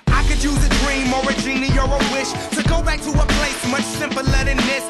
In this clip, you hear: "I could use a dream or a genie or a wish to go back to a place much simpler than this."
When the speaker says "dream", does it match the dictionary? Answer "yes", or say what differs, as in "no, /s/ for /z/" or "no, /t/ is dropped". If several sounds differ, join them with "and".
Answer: yes